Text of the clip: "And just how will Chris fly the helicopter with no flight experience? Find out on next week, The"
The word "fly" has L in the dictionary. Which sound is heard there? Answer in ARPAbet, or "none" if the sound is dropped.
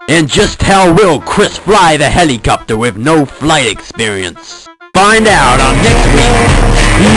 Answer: L